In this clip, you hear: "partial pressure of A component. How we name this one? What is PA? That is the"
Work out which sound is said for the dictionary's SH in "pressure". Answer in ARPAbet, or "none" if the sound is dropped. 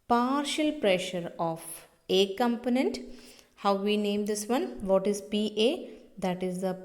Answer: SH